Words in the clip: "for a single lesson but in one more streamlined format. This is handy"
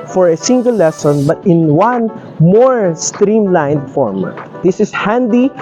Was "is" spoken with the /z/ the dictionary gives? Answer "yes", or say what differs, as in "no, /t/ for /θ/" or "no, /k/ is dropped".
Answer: no, /s/ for /z/